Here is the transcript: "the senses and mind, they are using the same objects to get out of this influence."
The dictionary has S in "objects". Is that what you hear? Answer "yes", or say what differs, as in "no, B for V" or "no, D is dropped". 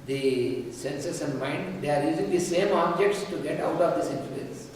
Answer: yes